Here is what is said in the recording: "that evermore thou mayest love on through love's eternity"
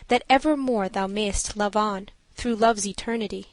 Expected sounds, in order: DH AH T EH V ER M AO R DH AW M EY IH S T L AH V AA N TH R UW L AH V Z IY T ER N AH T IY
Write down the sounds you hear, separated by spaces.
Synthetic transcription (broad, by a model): DH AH T EH V ER M AO R DH AW M EY IH S T L AH V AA N TH R UW L AH V Z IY T ER N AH T IY